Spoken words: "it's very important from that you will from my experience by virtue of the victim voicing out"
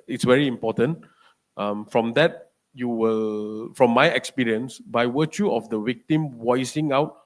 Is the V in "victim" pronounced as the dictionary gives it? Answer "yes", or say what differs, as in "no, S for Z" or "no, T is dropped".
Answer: no, W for V